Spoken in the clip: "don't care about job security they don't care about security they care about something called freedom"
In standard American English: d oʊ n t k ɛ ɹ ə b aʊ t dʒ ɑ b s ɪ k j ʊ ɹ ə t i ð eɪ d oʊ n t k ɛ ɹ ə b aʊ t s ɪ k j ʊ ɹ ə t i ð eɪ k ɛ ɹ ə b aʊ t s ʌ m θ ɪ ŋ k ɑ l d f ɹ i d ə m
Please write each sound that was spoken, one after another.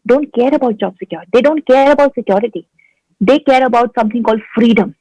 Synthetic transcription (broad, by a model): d oʊ n t k ɛ ɹ ə b aʊ t dʒ ɑ b s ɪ k j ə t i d eɪ d oʊ n t k ɛ ɹ ə b aʊ t s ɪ k j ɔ ɹ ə t i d eɪ k ɛ ɹ ə b aʊ t s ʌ m t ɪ ŋ k ɑ l d f ɹ i d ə m